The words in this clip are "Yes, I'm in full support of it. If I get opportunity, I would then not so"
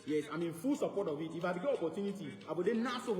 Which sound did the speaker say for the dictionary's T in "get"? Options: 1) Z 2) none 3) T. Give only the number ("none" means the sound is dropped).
2